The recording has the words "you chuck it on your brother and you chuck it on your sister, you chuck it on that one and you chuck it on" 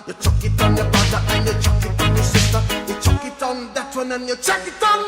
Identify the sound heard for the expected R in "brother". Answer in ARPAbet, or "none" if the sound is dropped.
none